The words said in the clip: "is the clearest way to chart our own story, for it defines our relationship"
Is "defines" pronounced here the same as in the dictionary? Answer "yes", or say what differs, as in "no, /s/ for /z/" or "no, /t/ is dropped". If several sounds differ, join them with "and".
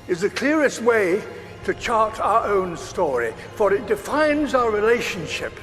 yes